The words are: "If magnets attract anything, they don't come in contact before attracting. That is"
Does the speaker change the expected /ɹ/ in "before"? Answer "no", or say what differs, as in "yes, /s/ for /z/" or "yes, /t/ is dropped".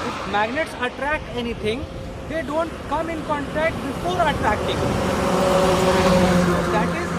yes, /l/ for /ɹ/